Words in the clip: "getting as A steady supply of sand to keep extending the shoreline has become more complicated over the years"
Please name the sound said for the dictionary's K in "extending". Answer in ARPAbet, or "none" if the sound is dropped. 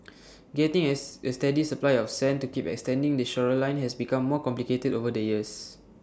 K